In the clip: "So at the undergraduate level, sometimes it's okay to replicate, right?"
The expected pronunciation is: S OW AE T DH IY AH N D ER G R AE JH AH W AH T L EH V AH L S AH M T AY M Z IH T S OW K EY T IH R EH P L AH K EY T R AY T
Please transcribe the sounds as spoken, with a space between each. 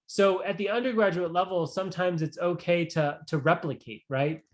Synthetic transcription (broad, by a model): S OW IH T DH IY AH N D ER G R AE JH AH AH T L EH V L S AH M T AY M Z IH T S OW K EY T IH R EH P L AH K EY T R AY T